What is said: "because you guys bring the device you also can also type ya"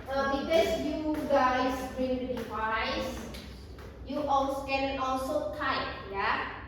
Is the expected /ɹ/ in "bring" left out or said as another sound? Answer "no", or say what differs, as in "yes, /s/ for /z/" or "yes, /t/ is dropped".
yes, /ɹ/ is dropped